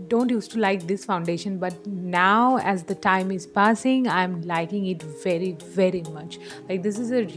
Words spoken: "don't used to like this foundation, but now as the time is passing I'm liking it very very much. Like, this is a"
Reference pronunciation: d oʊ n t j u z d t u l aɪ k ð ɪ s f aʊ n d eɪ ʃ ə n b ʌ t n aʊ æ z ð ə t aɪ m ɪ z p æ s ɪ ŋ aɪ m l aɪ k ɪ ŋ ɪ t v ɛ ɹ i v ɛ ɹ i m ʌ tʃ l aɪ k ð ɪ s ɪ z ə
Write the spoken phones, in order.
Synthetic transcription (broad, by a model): d oʊ n t j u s t u l aɪ k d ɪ s f aʊ n d eɪ ʃ ə n b ʌ t n aʊ æ z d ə t aɪ m ɪ z p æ s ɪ ŋ aɪ m l aɪ k ɪ ŋ ɪ t v ɛ ɹ i v ɛ ɹ i m ʌ tʃ l aɪ k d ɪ s ɪ z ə